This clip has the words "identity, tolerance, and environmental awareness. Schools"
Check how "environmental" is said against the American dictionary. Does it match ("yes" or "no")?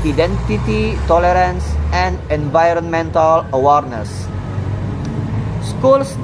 yes